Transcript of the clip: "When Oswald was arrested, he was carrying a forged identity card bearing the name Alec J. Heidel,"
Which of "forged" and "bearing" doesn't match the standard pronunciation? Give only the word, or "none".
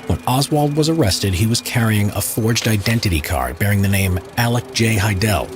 none